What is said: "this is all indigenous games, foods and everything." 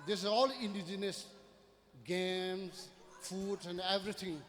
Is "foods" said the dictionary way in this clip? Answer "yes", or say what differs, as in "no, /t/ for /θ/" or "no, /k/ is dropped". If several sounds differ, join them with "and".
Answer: no, /z/ is dropped